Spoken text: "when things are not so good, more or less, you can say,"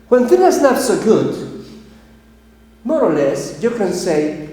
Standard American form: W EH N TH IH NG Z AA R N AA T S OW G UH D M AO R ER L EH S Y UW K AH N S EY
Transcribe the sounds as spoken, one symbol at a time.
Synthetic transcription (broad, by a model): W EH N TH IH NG AA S N AA T S OW G UH D M AO R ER L EH S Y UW K AH N S EY